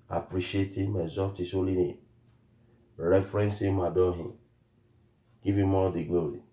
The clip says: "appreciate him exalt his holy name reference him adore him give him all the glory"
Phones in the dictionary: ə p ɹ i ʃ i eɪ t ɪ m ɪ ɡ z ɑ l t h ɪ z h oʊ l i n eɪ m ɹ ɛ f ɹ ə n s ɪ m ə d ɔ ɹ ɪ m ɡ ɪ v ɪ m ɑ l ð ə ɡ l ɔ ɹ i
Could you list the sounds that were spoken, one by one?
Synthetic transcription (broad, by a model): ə p ɹ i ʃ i eɪ t ɪ m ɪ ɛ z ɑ t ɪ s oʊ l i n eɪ ɹ ɛ f ɹ ə n s ɪ m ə d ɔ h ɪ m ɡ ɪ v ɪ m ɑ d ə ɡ l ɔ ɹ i